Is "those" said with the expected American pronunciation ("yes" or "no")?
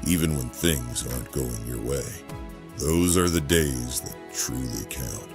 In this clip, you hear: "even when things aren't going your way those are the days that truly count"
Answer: yes